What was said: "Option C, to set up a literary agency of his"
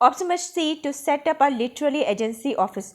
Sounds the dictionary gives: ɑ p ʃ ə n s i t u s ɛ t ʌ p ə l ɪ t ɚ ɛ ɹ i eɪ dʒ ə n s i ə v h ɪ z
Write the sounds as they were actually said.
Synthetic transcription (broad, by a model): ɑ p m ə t s i t u s ɛ t ʌ p ə l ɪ t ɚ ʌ l i eɪ dʒ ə n s i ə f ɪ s